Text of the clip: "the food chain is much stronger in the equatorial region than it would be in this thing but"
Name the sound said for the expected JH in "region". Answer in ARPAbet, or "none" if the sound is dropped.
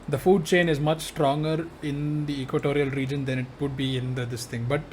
JH